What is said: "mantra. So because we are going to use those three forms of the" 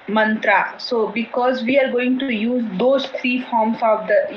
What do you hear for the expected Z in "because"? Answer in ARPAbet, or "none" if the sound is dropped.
Z